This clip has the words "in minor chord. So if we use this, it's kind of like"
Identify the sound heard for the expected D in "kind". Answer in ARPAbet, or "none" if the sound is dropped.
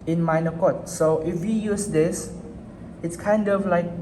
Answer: D